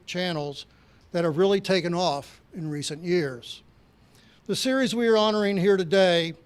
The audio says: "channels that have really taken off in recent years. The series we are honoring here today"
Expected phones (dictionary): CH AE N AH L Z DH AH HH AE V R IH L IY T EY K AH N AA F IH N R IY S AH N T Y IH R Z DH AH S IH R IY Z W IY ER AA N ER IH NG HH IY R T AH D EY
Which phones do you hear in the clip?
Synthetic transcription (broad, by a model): CH AE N L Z DH AH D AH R R IH L IY T EY K AH N AA F IH N R IY S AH N Y IH R Z DH AH S IH R IY Z W IY ER AA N ER IH NG HH IY R T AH D EY